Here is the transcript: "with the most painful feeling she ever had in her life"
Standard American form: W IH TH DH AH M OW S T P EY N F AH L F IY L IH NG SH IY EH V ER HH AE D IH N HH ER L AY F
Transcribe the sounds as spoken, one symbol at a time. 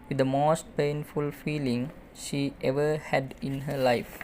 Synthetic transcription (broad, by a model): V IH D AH M OW S T P EY N F AH L F IY L IH NG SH IY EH V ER HH AE D IH N HH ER L AY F